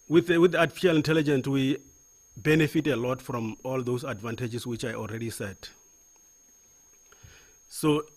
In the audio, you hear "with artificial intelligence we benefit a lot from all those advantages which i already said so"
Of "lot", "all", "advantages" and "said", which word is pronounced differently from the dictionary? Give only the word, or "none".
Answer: advantages